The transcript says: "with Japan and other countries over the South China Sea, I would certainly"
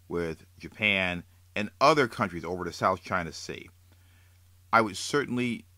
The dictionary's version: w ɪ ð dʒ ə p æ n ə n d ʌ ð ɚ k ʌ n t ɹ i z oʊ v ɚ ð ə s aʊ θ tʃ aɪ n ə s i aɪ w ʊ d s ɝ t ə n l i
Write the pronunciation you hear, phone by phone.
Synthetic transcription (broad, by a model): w ɪ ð dʒ ə p æ n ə n ʌ ð ɚ k ʌ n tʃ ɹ i z oʊ v ɚ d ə s aʊ θ tʃ aɪ n ə s i aɪ w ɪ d s ɝ t n l i